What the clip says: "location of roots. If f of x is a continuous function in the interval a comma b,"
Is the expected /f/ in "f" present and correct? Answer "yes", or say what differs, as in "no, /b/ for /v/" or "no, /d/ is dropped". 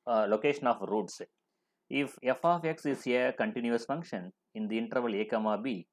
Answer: yes